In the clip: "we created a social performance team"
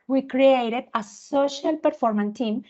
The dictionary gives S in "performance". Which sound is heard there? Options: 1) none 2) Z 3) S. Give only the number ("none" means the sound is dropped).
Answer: 1